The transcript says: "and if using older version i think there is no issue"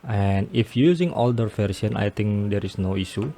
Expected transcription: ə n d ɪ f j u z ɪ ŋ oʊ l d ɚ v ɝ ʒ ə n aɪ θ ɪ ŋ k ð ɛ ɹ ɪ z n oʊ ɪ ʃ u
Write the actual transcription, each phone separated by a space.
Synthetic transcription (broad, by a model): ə n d ɪ f j u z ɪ ŋ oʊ l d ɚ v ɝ s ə n aɪ t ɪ ŋ k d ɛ ɹ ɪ s n oʊ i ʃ u